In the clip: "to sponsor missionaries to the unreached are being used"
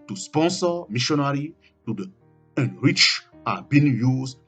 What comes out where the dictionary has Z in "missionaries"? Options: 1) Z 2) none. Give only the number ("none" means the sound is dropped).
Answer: 2